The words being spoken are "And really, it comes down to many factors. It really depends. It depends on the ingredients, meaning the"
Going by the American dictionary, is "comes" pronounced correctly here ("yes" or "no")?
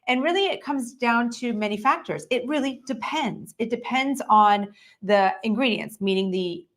yes